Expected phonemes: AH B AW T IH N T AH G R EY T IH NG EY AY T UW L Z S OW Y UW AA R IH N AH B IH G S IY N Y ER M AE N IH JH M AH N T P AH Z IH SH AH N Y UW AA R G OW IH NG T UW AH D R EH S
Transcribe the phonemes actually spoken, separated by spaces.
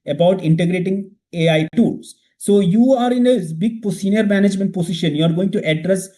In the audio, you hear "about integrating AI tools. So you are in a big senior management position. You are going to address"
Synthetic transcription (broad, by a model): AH B AW T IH N T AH G R EY T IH NG EY AY T UW L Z S OW Y UW AA R IH N AH B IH G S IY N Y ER M AE N IH JH M AH N T P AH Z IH SH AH N Y UW AA R G OW IH NG T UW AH D R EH S